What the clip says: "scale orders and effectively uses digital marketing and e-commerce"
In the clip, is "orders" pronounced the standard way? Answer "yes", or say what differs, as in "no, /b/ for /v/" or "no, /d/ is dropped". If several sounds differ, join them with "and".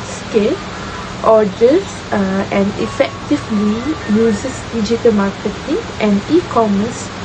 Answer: no, /s/ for /z/